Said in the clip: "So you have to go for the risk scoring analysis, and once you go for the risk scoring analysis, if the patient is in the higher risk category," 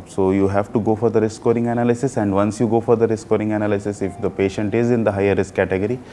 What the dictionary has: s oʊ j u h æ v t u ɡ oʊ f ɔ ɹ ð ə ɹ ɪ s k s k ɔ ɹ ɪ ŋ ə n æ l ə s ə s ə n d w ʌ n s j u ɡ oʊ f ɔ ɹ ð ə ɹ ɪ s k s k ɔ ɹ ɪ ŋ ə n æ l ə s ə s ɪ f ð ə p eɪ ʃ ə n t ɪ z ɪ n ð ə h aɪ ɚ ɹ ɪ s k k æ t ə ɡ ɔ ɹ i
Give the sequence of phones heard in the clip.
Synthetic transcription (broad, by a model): s oʊ j u h æ v t u ɡ oʊ f ɔ ɹ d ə ɹ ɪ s s k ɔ ɹ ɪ ŋ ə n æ l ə s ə s ə n d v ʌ n s j u ɡ oʊ f ɔ ɹ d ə ɹ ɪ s s k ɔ ɹ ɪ ŋ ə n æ l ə s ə s ɪ f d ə p eɪ ʃ ə n t ɪ z ɪ n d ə h aɪ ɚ ɹ ɪ s k k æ t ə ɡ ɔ ɹ i